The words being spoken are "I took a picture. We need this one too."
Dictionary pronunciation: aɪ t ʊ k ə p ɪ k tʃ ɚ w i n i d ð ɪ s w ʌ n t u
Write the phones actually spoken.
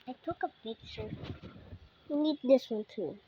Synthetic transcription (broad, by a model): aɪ t ʊ k ə b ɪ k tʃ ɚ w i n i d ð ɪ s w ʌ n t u